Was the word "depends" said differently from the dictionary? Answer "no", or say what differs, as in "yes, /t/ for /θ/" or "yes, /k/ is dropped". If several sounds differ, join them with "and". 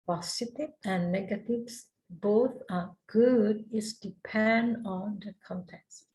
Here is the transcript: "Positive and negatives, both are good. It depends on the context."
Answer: yes, /z/ is dropped